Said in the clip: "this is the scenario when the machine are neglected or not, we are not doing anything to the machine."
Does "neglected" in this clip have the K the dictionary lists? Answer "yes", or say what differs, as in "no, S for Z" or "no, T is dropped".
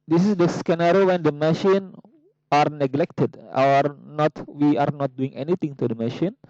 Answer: yes